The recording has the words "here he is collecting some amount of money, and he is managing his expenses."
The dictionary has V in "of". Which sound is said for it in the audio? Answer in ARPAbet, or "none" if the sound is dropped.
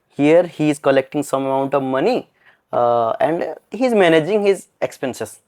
V